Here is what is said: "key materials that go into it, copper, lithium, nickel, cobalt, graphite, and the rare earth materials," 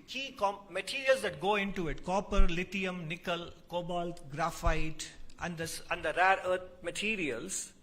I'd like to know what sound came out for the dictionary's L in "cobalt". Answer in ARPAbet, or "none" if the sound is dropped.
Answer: L